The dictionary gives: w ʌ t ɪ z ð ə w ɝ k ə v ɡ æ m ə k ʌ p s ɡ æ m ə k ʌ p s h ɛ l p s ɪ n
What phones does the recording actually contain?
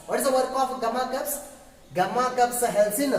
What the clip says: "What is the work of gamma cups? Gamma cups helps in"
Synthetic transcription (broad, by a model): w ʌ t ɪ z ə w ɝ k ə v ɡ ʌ m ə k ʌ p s ɡ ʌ m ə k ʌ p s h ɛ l s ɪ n